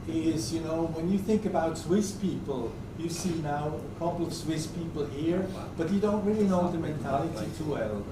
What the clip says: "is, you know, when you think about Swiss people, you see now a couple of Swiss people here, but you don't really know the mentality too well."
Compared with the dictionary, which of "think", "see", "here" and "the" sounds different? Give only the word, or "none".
none